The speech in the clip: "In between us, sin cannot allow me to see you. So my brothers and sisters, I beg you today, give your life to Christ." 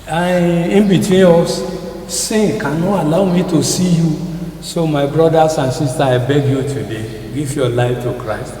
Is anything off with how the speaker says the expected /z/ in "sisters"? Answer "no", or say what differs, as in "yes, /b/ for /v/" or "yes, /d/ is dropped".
yes, /z/ is dropped